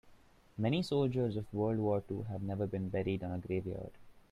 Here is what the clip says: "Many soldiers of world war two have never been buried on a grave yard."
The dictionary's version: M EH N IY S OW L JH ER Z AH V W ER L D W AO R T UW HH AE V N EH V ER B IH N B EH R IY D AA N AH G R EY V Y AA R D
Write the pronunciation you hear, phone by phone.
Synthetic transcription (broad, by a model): M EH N IY S OW L JH ER Z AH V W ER L D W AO R T UW HH AE V N EH V ER B IH N B EH R IY D AA N AH G R EY V Y AA R D